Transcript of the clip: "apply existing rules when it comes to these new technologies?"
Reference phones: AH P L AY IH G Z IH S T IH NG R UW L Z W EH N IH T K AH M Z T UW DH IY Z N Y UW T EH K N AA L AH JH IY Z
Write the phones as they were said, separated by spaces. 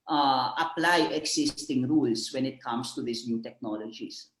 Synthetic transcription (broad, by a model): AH P L AY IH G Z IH S T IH NG R UW L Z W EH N IH T K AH M S T UW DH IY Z N Y UW T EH K N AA L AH JH IY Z